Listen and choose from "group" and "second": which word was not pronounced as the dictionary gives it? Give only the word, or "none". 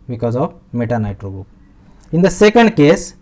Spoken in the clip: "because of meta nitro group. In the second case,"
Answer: group